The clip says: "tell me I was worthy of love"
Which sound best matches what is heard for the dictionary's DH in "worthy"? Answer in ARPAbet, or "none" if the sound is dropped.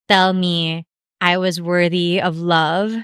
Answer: DH